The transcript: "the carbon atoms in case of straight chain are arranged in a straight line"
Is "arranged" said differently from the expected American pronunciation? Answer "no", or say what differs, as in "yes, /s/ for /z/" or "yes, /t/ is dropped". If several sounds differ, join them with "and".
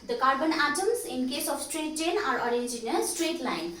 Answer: yes, /d/ is dropped